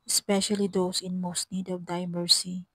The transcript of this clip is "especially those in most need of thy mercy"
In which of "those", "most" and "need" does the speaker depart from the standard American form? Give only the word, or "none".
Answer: those